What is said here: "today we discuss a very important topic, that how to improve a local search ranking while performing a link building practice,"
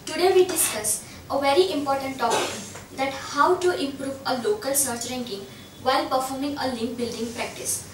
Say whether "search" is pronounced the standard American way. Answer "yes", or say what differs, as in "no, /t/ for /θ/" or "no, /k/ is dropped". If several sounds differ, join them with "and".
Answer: yes